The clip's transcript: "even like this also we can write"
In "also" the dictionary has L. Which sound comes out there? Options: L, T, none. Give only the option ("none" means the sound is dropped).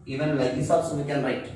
none